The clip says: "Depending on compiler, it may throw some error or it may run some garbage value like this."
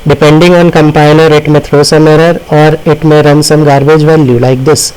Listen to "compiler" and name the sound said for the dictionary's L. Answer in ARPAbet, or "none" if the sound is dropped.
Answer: N